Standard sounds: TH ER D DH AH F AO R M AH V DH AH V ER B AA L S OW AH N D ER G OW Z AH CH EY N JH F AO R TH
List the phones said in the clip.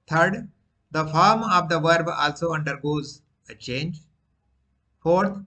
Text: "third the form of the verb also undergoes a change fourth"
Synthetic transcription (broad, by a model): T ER D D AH F AO R M AH V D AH V ER B AA L S OW AH N D ER G OW Z AH CH EY N JH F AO R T